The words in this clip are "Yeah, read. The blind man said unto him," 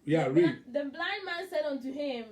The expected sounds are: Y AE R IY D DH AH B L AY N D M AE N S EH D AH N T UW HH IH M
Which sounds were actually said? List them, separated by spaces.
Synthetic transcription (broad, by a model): Y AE R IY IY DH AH B L AY N D M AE N S EH D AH N T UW HH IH M